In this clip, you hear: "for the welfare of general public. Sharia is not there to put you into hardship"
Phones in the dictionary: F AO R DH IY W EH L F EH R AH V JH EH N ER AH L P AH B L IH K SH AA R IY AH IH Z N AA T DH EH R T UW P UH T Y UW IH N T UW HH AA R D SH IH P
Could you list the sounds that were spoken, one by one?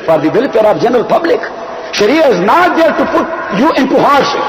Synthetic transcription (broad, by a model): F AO R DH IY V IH L P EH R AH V JH EH N ER AH L P AH B L IH K SH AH R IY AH IH Z N AA T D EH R T UW P UH T Y UW IH N T UW HH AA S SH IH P